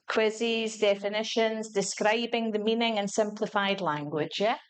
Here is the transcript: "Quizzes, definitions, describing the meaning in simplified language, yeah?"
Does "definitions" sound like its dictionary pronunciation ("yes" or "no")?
yes